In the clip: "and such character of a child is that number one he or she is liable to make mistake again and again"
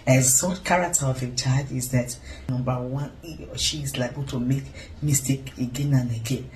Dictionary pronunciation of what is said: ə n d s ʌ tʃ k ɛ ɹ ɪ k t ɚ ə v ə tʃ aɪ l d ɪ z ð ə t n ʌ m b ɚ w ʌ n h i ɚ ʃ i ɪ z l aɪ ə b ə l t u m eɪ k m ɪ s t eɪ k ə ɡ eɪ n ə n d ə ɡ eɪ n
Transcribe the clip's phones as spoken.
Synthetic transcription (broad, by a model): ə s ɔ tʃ k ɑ ɹ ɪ k t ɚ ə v ə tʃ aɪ d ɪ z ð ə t n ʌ m b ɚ w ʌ n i ʃ i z l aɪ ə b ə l t u m eɪ k m ɪ s t eɪ k ə ɡ eɪ n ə n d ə ɡ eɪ n